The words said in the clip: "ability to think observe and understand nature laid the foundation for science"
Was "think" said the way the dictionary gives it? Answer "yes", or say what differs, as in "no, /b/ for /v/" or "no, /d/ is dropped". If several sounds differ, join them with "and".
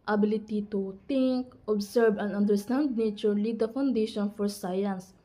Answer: no, /t/ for /θ/